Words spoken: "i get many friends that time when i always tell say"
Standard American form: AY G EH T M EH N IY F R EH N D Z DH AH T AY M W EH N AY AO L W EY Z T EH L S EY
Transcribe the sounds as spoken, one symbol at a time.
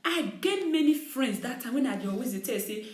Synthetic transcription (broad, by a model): AY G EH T M EH N IY F R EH N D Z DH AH T AY M W EH N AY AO W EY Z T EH S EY